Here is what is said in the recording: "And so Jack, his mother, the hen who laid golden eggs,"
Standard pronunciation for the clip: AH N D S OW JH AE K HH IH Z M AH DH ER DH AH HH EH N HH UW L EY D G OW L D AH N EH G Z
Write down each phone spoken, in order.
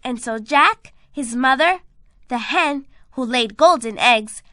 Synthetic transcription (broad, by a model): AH N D S OW JH AE K HH IH Z M AH DH ER DH AH HH EH N HH UW L EY D G OW L D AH N EH G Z